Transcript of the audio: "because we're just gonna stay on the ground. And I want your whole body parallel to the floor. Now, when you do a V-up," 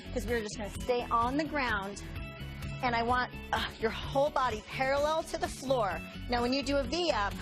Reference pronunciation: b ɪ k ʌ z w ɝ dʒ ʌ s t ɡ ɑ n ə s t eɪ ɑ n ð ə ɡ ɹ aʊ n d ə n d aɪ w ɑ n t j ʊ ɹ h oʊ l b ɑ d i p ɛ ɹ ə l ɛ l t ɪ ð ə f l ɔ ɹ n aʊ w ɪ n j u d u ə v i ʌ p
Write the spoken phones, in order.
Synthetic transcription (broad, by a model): k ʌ z w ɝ dʒ ʌ s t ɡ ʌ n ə s t eɪ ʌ n ð ə ɡ ɹ aʊ n d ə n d aɪ w ɑ n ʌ j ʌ ɹ h oʊ l b ɑ d i p ɛ ɹ ə l ɛ l t ɪ ð ə f l ɔ ɹ n aʊ w ɪ n j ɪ d ə v i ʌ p